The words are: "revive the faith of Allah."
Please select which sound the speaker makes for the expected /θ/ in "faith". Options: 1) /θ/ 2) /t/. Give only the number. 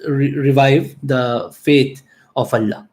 2